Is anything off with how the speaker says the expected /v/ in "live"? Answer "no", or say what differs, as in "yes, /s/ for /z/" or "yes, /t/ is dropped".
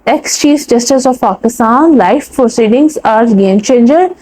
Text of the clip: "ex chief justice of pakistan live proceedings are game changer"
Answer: yes, /f/ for /v/